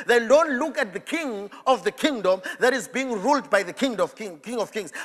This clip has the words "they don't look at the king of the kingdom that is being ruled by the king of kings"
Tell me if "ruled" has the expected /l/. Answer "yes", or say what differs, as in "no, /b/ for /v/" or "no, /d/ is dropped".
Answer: yes